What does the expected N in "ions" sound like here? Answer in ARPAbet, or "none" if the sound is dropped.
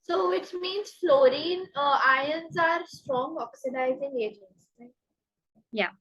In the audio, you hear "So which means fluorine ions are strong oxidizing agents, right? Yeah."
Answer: N